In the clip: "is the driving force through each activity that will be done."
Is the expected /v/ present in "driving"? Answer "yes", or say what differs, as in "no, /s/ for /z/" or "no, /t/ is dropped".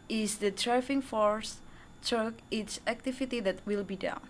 no, /f/ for /v/